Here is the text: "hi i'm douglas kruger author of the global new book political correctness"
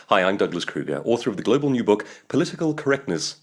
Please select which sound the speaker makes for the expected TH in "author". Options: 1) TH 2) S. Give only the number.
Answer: 1